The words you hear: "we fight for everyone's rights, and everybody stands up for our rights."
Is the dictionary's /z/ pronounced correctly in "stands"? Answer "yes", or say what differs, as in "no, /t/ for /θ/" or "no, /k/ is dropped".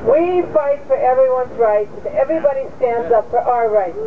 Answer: yes